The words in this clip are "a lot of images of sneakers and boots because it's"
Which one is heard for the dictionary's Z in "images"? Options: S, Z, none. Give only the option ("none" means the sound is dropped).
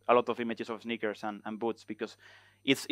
S